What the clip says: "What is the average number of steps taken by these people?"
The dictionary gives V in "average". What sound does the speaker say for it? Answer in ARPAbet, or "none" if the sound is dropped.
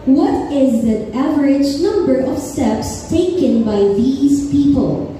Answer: V